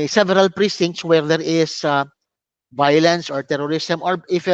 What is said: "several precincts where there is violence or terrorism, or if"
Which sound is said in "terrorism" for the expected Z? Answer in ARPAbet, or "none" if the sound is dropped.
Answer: S